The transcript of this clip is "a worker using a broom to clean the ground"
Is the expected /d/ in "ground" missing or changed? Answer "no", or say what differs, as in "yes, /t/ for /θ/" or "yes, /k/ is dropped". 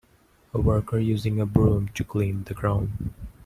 yes, /d/ is dropped